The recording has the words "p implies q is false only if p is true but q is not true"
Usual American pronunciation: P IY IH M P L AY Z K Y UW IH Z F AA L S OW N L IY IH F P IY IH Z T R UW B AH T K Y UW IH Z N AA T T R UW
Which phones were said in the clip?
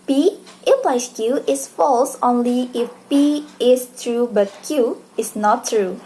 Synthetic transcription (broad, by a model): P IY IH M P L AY S K Y UW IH S F AA L S OW N L IY IH F P IY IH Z T R UW B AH T K Y UW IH S N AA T T R UW